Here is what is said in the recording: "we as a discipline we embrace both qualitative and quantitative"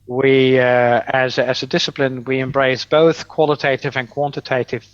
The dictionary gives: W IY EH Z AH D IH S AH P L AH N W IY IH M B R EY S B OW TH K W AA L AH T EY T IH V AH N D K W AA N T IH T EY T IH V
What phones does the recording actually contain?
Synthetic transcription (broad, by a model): W IY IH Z AH D IH S AH P L AH N W IY IH M B R EY S B OW TH K W AA L AH T EY T IH V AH N K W AA N T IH T EY T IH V